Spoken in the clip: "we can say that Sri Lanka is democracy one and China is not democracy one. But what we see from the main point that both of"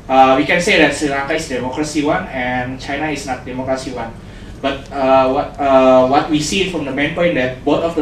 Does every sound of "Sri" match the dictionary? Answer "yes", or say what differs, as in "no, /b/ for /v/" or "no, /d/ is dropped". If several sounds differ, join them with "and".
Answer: no, /ɹ/ is dropped